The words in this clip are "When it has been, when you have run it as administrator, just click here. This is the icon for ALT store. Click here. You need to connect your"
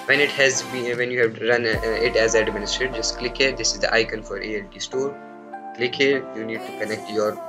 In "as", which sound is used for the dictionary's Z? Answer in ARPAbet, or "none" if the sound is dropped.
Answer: Z